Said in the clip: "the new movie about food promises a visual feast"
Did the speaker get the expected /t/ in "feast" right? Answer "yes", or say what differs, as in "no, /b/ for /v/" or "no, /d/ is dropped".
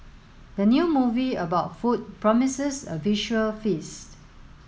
yes